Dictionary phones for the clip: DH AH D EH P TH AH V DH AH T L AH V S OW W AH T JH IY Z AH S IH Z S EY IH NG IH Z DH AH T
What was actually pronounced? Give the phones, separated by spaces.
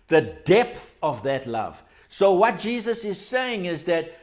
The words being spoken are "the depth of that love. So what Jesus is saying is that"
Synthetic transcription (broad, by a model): DH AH D EH P TH AH V DH AH T L AH V S OW W AH T JH IY Z AH S IH Z S EY IH NG IH Z DH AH T